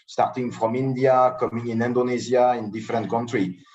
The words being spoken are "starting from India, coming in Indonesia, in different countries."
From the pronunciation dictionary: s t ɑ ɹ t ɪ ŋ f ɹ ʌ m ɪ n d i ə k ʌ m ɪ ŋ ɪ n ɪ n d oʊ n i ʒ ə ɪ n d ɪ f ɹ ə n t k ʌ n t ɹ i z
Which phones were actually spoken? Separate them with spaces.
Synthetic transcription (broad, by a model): s t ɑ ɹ t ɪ ŋ f ɹ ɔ m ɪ n d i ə k ʌ m ɪ ŋ ɪ n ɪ n d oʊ n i z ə ɪ n d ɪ f ɹ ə n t k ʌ n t ɹ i